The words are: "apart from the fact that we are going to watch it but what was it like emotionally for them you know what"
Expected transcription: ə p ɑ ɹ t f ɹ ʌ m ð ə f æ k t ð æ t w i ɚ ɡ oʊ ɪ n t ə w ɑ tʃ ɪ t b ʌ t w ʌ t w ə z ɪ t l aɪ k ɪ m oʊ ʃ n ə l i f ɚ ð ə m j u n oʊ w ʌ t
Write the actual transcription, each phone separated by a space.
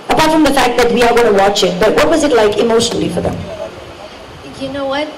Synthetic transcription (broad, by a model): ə p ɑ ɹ t f ɹ ʌ m ð ə f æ k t ð æ t w i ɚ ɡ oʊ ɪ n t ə w ɑ tʃ ɪ t b ʌ t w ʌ t w ə z ɪ t l aɪ k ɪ m oʊ ʃ n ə l i f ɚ ð ə m j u n oʊ w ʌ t